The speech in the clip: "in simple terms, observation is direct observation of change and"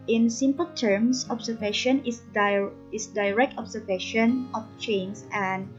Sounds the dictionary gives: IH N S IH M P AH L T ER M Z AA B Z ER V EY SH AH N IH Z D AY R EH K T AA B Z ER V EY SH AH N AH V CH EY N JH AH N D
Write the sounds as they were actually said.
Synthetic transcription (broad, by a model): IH N S IH M P AH L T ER M S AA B S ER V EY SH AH N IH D D AY R EH K T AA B S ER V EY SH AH N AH F CH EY N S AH N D